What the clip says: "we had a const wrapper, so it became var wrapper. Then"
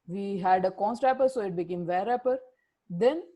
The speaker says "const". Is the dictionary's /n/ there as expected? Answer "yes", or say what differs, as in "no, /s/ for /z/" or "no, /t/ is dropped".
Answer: yes